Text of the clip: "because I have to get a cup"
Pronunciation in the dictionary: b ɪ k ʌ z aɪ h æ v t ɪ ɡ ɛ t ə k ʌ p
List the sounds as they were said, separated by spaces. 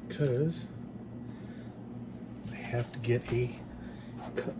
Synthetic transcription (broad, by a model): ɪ k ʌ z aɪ h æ f t ɪ ɡ ɛ t ə k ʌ